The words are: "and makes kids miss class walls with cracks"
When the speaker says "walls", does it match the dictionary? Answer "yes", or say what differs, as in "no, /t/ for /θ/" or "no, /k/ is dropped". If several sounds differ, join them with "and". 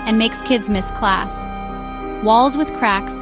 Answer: yes